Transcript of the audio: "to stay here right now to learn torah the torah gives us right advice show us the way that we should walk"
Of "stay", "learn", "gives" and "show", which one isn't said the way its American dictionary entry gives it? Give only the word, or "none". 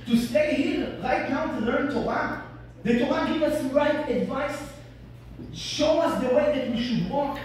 gives